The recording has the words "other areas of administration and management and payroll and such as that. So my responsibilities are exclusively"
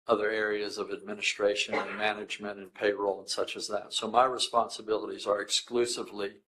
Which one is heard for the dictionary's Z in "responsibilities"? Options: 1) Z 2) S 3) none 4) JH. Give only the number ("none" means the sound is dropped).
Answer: 1